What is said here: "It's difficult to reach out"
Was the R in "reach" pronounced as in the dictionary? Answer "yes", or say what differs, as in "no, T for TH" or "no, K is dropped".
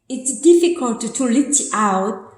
no, L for R